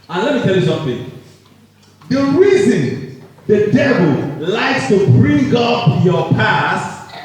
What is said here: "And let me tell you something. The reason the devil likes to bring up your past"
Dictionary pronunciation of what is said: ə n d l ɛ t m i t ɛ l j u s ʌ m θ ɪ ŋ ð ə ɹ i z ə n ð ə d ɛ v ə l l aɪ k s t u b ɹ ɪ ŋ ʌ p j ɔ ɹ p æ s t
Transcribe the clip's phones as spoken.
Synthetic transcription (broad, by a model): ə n l ɛ t m i t ɛ l j u s ʌ m θ ɪ ŋ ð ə ɹ i z ə n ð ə d ɛ v ə l l aɪ k s t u b ɹ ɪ ŋ ʌ p j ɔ p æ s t